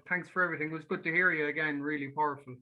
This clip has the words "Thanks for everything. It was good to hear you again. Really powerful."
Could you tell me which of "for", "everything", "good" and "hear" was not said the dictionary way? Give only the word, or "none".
none